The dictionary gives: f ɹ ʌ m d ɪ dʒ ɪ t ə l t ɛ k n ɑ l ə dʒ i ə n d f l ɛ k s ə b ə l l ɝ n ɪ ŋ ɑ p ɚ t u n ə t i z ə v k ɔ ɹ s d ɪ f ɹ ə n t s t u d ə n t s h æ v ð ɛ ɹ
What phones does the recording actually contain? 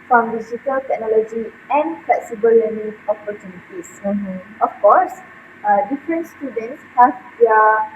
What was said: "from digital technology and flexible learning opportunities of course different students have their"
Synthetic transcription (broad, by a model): f ɹ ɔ m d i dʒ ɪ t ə l t ɛ k n ɑ l ə dʒ i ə n f l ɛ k s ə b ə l l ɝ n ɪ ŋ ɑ p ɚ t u n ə t i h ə f k ɔ s d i f ɹ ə n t s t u d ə n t s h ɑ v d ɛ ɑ